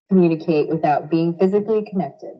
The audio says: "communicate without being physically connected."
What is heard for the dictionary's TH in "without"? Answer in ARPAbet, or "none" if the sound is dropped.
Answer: TH